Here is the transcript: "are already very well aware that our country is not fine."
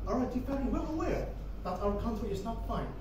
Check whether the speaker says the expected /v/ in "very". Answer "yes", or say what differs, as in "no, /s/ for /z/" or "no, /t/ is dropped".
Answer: no, /f/ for /v/